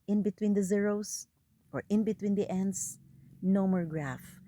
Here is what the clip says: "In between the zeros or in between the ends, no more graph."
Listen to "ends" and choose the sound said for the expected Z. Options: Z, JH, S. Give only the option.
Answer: S